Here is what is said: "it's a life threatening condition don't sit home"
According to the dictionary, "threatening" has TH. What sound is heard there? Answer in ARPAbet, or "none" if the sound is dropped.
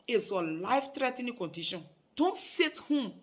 T